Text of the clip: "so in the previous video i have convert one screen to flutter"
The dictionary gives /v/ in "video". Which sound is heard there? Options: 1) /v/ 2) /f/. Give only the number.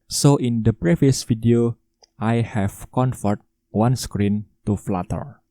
2